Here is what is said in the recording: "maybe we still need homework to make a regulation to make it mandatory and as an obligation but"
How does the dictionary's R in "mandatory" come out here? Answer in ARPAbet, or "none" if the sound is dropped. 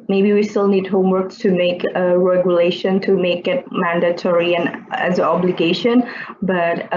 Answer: R